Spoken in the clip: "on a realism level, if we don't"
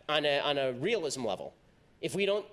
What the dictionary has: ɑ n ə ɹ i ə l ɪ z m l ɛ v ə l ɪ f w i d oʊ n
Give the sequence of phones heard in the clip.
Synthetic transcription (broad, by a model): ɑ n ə ɹ i ə l ɪ z m l ɛ v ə l ɪ f w i d oʊ n